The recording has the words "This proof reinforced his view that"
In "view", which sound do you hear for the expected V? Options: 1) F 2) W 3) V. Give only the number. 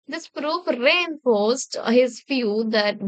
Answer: 1